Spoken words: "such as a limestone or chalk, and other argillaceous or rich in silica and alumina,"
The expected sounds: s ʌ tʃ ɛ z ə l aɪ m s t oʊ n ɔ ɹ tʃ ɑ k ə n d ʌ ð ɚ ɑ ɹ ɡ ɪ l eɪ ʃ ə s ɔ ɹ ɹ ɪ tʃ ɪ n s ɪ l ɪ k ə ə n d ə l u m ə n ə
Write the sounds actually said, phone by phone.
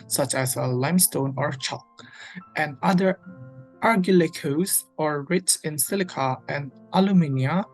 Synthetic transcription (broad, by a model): s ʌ tʃ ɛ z ə l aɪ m s t oʊ n ɔ ɹ tʃ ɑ k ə n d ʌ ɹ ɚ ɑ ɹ ɡ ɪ l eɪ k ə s ɔ ɹ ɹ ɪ s ɪ n s ɪ l ɪ k ə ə n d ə l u m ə n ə